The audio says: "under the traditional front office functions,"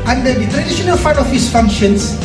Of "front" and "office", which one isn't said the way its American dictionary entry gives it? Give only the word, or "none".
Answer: front